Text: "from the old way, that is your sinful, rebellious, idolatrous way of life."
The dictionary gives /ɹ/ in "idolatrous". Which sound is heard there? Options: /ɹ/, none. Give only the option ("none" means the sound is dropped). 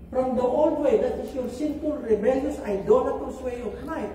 none